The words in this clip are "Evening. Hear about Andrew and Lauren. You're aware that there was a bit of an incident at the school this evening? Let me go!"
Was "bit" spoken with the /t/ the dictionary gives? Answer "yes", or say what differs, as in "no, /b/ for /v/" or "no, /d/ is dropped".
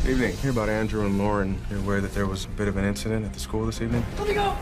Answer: yes